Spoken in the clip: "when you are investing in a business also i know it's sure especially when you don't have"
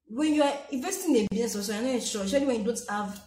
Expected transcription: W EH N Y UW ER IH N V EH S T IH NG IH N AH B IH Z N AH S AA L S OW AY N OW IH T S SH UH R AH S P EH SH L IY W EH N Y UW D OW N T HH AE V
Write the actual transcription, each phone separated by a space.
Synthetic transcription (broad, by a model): W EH N Y UW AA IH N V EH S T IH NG IH N AH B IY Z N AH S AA S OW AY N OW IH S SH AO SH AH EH L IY W EH N Y UW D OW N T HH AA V